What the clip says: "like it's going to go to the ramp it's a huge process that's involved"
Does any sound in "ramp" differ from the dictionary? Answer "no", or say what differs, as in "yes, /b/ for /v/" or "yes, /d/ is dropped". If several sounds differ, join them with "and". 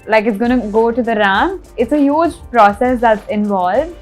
yes, /p/ is dropped